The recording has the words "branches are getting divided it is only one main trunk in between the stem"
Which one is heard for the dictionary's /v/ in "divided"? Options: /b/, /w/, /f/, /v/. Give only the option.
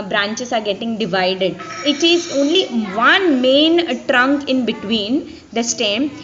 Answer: /v/